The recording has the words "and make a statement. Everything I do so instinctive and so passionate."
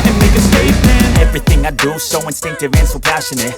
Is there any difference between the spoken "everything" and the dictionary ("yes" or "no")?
no